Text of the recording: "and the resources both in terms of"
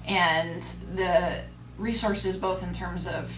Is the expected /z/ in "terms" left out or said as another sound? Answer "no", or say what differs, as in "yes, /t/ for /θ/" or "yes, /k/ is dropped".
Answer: no